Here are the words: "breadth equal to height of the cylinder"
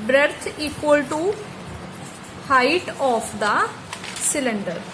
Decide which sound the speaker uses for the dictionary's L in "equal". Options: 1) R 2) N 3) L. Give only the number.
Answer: 3